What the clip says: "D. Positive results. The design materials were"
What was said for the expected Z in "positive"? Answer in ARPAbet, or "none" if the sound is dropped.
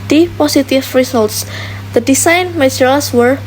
S